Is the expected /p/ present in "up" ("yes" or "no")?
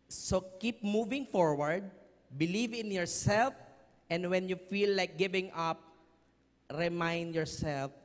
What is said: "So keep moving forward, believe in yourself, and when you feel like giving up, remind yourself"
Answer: yes